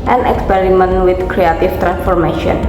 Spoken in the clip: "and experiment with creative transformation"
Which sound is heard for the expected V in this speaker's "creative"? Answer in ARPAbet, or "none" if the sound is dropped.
F